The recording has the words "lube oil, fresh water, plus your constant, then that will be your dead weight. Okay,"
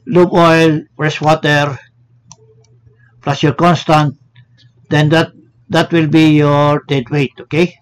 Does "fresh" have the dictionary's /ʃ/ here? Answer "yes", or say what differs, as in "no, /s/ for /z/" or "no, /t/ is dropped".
no, /s/ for /ʃ/